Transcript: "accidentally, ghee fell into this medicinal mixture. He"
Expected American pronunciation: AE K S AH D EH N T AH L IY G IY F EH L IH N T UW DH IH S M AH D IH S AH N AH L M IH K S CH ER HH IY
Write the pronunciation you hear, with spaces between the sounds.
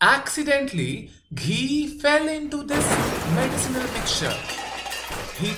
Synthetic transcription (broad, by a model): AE K S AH D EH N T L IY G IY F EH L IH N T UW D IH S M AH D IH S AH N AH L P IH K CH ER HH IY